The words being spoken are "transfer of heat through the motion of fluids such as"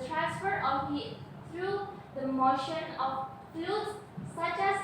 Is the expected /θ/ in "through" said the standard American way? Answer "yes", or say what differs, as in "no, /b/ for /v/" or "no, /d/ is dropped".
no, /t/ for /θ/